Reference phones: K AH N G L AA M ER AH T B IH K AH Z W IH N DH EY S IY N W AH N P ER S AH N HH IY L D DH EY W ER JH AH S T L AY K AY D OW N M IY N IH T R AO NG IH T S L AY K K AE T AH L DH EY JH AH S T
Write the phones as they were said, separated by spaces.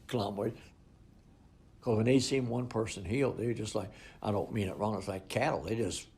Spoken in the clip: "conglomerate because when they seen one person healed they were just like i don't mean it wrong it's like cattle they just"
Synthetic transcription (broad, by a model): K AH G L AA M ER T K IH AH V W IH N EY S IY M W AH N P ER S AH N HH IY L D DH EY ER JH AH S T L AY K AY D OW N M IY N IH T R AO NG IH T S L AY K K AE T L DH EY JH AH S